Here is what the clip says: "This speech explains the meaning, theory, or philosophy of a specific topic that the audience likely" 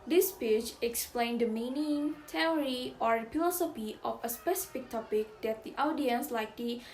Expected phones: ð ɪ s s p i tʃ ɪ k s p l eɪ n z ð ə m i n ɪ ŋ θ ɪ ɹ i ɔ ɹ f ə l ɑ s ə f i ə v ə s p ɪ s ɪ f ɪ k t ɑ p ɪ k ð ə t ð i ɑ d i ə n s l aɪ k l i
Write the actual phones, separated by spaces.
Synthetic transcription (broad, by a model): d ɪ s s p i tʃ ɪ k s p l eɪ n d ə m i n ɪ ŋ t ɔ ɹ i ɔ ɹ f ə l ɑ s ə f i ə f ə s p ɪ s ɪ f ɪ k t ɑ p ɪ k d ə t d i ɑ d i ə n s l aɪ k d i